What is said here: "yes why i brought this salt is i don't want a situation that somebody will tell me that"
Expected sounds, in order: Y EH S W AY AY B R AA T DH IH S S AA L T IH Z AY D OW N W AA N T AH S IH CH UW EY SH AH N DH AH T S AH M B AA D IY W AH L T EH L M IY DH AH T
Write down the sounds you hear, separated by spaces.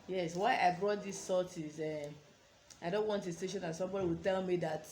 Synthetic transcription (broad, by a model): Y EH S W AY AY B R AA T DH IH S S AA T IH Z AY D OW N W AA N T AH S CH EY SH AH N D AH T S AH M B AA D IY W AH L T EH L M IY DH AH T